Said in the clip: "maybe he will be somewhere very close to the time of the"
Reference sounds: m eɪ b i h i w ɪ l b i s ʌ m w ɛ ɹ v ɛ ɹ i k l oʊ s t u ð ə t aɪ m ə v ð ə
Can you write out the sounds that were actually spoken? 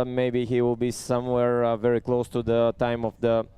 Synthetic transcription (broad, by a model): m eɪ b i h i w ɪ l b i s ʌ m w ɛ ɹ v ɛ ɹ i k l oʊ s t u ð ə t aɪ m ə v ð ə